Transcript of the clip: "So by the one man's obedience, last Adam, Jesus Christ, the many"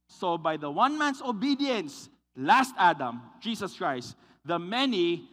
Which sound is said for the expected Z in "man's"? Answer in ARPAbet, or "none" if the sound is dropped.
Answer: S